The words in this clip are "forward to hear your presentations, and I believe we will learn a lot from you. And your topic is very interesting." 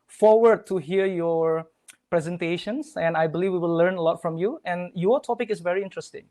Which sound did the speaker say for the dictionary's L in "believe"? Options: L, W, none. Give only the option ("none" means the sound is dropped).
L